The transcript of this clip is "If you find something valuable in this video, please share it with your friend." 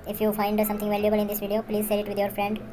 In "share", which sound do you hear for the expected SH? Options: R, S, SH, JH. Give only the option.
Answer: S